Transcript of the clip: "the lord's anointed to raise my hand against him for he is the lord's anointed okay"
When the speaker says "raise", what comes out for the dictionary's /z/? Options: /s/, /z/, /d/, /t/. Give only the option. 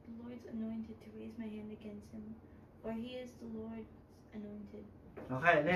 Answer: /z/